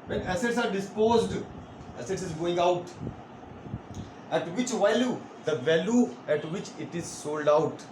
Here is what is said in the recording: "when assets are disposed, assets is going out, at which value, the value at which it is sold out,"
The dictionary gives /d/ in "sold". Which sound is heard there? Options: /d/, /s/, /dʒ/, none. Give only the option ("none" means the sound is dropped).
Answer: /d/